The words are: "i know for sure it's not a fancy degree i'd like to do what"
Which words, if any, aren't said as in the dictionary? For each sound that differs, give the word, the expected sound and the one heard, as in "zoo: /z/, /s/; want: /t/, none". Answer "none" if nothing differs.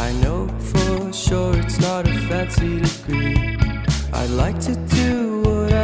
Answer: fancy: /n/, none